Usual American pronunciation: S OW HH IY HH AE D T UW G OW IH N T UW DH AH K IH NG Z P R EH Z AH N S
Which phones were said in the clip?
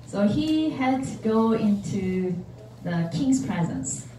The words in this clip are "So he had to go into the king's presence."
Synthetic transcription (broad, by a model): S OW HH IY HH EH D T UW G OW IH N T UW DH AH K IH NG S P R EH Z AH N S